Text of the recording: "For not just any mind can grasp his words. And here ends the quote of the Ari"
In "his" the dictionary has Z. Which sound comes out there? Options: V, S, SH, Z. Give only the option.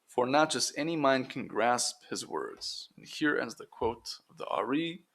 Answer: Z